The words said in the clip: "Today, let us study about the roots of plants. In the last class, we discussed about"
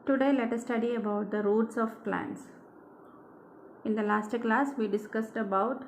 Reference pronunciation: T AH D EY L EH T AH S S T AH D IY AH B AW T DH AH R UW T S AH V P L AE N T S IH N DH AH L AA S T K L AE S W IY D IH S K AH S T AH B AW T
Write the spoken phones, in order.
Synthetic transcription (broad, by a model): T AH D EY L EH T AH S S T AH D IY AH B AW T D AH R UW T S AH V P L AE N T S IH N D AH L AA S T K L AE S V IY D IH S K AH S T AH B AW T